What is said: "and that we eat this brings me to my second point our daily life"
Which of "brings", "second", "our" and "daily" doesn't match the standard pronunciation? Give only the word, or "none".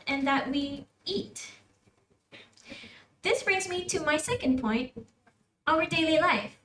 none